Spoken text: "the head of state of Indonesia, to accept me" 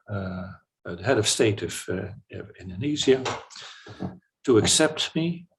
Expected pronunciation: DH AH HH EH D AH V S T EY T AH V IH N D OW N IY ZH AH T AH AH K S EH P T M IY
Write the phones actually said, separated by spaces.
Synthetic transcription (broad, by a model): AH HH EH D AH V S T EY T AH V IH N D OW N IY Z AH T AH AH K S EH P T M IY